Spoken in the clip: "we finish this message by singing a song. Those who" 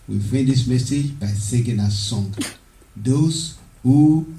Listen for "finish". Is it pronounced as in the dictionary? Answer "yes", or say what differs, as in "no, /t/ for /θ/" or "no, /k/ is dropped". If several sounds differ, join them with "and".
no, /n/ is dropped